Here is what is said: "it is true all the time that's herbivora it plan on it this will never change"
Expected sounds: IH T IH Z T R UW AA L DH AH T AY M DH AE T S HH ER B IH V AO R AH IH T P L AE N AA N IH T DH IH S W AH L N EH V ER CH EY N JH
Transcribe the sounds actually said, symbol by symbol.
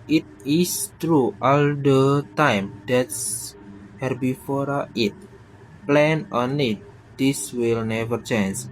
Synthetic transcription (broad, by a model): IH T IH S T R UW AA L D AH T AY M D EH T S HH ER B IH F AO R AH IH T P L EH N AA N IH T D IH S W AH L N EH V ER CH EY N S